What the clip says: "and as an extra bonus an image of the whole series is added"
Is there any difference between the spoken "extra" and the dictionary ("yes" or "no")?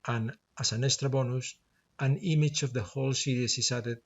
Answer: yes